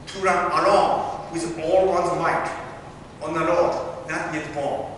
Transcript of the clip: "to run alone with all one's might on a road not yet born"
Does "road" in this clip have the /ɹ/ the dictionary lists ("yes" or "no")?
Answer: no